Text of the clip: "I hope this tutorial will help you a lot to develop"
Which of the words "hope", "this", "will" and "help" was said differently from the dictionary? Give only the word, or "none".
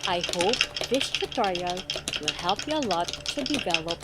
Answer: this